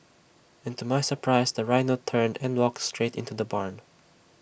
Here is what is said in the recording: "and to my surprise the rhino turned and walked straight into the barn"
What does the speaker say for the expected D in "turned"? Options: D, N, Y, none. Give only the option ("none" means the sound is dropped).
D